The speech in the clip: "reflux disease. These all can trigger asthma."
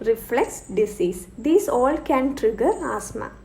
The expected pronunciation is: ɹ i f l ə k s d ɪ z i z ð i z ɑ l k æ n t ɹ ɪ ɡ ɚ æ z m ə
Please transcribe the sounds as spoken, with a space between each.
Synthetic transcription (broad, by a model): ɹ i f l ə k s d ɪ s i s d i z ɑ l k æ n t ɹ ɪ ɡ ɚ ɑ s m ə